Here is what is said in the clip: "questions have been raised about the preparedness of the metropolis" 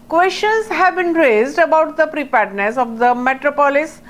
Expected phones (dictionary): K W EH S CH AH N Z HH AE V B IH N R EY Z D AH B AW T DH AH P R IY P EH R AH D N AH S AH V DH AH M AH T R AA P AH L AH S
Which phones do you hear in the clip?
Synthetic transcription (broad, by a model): K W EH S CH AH N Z HH AE V B IH N R EY Z D AH B AW T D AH P R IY P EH R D N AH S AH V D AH M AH T R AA P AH L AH S